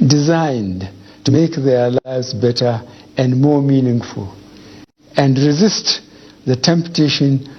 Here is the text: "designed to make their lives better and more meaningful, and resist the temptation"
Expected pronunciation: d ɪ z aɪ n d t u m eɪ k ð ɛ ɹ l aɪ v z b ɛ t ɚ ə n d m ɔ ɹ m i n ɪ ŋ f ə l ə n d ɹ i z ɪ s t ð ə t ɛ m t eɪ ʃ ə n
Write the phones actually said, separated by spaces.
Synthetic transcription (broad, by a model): d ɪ z aɪ n d t u m eɪ k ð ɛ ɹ l aɪ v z b ɛ t ɚ ə n d m ɔ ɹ m i n ɪ ŋ f ə l ə n d ɹ i z ɪ s t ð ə t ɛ m t eɪ ʃ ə n